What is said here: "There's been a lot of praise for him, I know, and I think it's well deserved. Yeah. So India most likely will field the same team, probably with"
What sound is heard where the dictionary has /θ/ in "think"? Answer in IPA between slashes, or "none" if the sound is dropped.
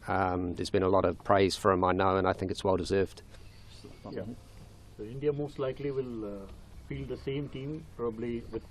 /θ/